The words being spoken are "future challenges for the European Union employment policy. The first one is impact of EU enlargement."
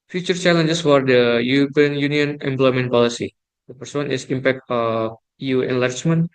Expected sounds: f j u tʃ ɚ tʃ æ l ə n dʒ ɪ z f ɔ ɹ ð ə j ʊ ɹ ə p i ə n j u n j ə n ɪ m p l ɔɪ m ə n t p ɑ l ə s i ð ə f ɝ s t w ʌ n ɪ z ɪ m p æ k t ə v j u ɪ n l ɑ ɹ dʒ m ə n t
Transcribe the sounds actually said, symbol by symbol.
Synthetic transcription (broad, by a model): f j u tʃ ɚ tʃ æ l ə n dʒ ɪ s f ɔ ɹ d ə j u ɹ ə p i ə n j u n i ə n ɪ m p l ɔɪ m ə n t p ɑ l ə s i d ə p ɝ s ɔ n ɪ s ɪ m p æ k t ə f j u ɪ n l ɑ ɹ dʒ m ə n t